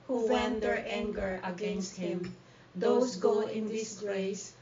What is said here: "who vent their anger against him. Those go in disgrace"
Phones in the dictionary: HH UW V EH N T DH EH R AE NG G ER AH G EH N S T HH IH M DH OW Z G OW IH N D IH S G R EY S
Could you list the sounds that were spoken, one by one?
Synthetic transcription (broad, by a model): HH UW W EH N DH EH R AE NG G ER AH G EH N S T HH IH M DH OW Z G OW IH N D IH S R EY S